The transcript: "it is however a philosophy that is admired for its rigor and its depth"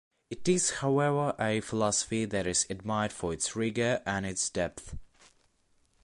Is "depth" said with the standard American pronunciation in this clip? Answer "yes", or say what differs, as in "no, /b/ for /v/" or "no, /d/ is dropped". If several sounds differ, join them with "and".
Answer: yes